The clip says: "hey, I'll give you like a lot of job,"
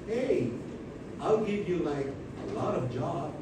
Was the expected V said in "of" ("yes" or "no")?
yes